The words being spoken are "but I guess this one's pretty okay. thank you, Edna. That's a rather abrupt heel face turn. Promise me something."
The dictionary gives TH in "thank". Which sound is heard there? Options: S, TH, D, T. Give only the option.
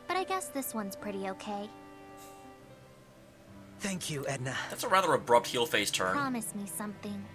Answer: TH